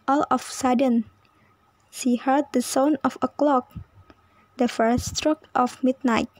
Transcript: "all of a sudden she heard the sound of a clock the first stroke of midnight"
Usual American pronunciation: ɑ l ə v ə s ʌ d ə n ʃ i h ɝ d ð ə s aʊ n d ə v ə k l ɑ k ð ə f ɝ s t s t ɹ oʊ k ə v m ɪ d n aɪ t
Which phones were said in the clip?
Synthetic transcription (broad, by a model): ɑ l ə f s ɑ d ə n ʃ i h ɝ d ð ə s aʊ n ə f ə k l ɑ k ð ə f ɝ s s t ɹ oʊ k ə f m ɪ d n aɪ t